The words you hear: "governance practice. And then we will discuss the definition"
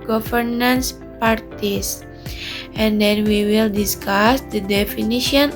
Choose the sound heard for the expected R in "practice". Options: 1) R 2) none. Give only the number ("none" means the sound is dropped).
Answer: 2